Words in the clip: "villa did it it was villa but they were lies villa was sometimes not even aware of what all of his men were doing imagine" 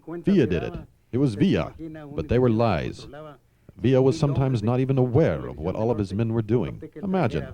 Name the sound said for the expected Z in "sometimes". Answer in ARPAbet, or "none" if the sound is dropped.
Z